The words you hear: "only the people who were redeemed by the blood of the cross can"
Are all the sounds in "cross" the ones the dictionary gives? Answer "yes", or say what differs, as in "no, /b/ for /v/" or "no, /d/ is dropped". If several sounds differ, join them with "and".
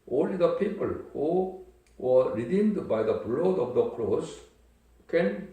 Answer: no, /l/ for /ɹ/